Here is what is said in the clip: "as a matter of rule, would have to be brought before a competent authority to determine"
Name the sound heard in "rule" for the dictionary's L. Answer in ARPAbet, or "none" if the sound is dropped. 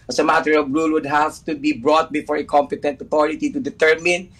L